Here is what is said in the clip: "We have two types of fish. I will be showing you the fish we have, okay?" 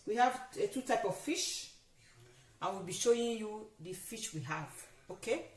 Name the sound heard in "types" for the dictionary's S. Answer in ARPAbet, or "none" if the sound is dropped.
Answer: none